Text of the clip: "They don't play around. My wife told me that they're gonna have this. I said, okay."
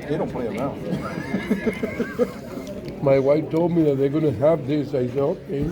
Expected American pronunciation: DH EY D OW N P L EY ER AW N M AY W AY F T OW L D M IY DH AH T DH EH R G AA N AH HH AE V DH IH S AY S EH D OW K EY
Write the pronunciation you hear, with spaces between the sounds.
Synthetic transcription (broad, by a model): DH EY D OW N P L EY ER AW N M AY W AY F T OW L D M IY DH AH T DH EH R G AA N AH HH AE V DH IH S AY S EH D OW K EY